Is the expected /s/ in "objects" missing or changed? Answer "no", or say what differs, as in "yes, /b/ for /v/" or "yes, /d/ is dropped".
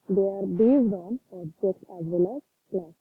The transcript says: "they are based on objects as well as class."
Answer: yes, /s/ is dropped